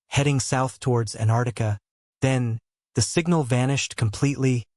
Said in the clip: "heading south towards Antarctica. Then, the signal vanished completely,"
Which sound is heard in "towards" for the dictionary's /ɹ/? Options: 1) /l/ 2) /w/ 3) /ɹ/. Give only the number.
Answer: 3